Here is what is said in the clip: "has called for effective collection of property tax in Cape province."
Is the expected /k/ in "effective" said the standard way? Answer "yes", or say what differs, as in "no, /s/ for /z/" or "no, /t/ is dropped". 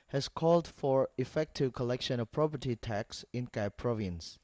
yes